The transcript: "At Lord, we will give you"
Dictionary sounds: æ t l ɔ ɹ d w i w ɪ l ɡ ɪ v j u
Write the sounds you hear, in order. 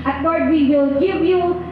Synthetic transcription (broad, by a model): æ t w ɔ ɹ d w i w ɪ l ɡ ɪ v j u